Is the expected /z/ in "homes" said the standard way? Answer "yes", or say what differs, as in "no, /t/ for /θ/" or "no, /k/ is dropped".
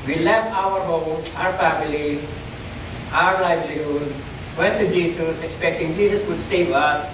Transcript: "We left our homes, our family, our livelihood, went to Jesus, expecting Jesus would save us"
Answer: no, /z/ is dropped